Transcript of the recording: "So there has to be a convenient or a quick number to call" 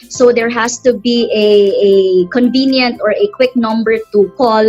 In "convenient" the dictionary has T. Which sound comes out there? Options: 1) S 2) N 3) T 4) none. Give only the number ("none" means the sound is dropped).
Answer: 3